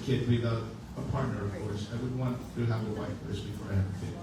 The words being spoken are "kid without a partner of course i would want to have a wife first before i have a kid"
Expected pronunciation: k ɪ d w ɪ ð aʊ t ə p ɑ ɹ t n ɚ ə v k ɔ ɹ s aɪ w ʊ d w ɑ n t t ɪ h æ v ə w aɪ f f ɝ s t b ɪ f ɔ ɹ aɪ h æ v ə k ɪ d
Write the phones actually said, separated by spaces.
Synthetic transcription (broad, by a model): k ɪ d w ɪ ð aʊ ə p ɑ ɹ t n ɚ ə v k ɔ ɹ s aɪ w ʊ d w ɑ n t t ɪ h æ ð ə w aɪ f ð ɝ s b ɪ f ɔ ɹ aɪ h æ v ə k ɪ